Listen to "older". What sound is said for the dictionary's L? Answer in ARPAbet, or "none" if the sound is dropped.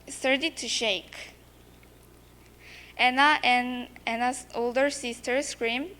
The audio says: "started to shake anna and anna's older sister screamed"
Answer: L